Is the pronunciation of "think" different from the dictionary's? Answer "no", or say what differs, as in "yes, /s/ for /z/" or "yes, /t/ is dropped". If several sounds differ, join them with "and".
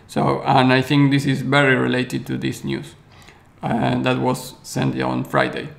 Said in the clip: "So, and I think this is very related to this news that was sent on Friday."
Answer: no